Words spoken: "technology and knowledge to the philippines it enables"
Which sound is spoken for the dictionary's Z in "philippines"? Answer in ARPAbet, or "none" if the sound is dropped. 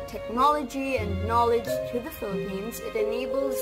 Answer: Z